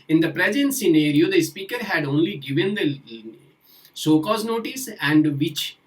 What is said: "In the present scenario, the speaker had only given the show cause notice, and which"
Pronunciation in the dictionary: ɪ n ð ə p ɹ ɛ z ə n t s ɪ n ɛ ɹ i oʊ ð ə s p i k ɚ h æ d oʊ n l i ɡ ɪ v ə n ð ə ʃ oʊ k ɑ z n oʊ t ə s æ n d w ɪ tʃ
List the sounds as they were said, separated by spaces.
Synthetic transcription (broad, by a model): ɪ n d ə p ɹ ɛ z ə n t s ɪ n ɛ ɹ i oʊ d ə s p i k ɚ h æ d oʊ n l i ɡ ɪ v ə n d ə s oʊ k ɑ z n oʊ t ə s æ n d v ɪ tʃ